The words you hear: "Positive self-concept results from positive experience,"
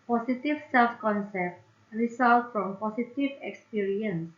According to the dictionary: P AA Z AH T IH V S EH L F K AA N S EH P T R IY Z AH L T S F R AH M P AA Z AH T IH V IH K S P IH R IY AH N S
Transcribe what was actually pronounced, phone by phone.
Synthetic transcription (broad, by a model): P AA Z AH T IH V S EH L F K AA N S EH P T R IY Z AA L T F R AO M P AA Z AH T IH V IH K S P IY R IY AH N S